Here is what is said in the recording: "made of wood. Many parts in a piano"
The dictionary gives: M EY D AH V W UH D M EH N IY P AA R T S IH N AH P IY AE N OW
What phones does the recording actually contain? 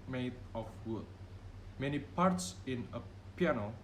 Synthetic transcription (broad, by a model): M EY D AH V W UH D M EH N IY P AA R T S IH N AH P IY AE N OW